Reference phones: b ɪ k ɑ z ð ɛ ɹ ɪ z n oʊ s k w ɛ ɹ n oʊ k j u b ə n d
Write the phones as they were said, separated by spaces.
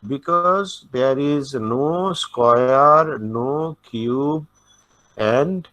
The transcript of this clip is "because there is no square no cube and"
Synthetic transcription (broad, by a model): b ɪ k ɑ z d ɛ ɹ ɪ z n oʊ s k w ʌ ɹ n oʊ k j u b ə n d